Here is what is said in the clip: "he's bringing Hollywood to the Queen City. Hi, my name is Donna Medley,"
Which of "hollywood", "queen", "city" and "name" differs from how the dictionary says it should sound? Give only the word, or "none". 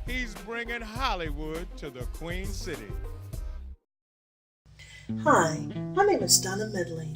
none